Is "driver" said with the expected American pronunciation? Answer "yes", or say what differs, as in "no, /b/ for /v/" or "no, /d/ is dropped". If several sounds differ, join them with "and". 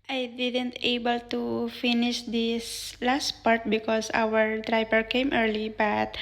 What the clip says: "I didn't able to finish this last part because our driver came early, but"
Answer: no, /p/ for /v/